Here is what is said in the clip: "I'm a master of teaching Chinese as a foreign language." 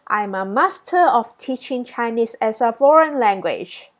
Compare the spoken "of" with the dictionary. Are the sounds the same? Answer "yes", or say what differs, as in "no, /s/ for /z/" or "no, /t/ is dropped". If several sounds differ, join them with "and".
no, /f/ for /v/